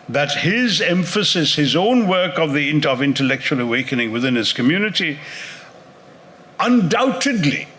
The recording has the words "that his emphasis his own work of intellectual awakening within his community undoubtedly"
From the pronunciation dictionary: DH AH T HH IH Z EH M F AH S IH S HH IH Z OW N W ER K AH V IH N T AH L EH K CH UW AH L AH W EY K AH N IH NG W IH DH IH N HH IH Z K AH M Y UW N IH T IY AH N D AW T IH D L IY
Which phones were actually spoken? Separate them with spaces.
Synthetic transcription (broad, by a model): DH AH T HH IH Z EH M F AH S IH S HH IH Z OW N W ER K AH V IH N T AH L EH K CH UW AH L AH W EY K AH N IH NG W IH DH IH N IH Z K AH M Y UW N IH T IY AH N D AW T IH D L IY